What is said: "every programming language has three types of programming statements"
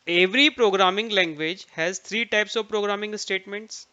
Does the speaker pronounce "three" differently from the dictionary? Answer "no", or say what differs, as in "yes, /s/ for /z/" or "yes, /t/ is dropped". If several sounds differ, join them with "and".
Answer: yes, /t/ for /θ/